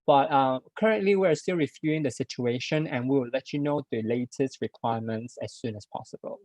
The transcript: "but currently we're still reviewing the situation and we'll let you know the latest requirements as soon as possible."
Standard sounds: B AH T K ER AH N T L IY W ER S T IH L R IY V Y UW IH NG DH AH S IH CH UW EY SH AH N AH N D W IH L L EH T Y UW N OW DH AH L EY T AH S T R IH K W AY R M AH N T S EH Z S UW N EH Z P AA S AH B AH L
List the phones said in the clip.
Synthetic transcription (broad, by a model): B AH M K ER AH N T L IY W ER S T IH L R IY F Y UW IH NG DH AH S IH CH UW EY SH AH N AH N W W IH L L EH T Y UW N OW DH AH L EY T AH S T R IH K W AY M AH N T S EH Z S UW N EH S P AA S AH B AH L